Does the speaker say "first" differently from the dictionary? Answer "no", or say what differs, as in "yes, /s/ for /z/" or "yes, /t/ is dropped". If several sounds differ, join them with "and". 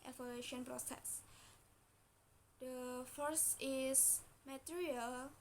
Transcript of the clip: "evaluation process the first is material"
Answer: yes, /t/ is dropped